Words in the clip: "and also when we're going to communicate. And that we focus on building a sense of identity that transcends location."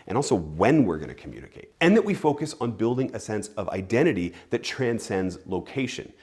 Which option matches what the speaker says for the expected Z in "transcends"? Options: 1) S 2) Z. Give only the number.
2